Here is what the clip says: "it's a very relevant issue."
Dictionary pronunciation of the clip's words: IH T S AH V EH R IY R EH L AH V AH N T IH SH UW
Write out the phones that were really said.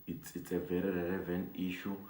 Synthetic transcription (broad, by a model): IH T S AH V EH R IY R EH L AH V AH N IY SH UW